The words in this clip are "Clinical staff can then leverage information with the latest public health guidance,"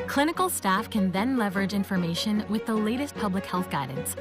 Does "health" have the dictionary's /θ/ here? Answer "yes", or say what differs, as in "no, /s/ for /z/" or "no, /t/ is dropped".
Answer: yes